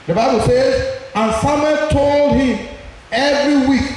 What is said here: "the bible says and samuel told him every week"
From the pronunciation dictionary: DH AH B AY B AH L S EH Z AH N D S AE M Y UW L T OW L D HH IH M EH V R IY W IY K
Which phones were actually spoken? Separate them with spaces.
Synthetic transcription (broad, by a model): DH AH B AY B AH L S EH Z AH N S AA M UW T OW L D HH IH M EH V R IY W IY K